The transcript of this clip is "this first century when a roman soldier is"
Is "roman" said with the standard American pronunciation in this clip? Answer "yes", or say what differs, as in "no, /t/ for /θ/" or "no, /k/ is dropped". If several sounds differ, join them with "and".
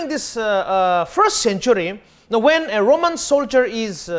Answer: yes